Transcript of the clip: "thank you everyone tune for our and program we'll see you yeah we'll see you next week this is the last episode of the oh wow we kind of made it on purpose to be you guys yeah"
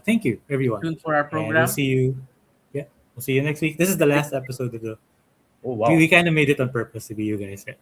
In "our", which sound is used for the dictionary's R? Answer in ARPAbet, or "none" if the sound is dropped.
W